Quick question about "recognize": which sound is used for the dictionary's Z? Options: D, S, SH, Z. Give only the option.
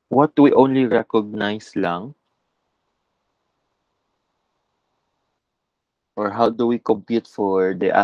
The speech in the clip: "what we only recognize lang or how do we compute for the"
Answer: S